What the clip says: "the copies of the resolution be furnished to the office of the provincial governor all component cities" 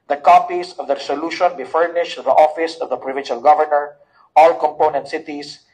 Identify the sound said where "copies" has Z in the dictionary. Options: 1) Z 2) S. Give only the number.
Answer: 2